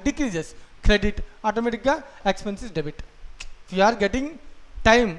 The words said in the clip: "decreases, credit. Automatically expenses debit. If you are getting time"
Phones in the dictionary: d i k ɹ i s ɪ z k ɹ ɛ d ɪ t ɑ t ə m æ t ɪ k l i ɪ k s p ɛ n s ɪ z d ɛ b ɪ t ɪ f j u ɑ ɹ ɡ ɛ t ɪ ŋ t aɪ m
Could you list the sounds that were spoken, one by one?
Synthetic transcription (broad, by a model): d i k ɹ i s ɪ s k ɹ ɛ d ɪ t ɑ t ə m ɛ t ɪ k i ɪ k s p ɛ n s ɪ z d ɛ b ɪ t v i ɑ ɹ ɡ ɛ t ɪ ŋ t aɪ m